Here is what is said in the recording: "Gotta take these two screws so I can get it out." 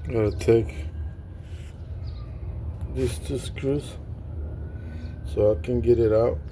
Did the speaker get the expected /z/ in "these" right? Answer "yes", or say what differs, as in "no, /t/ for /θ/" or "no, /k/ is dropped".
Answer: no, /s/ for /z/